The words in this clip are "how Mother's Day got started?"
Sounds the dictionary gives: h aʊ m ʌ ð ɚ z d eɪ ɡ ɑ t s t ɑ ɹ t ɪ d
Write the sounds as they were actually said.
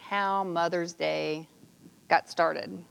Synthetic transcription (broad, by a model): h aʊ m ʌ ð ɚ z d eɪ ɡ ɑ t s t ɑ ɹ t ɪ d